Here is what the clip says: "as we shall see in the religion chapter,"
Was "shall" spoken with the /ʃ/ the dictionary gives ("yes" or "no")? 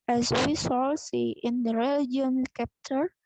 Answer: no